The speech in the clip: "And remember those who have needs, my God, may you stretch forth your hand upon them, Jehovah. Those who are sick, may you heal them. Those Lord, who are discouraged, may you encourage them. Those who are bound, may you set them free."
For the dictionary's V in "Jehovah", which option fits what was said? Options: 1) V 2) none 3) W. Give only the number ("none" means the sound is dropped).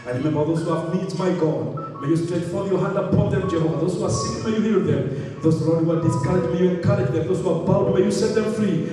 2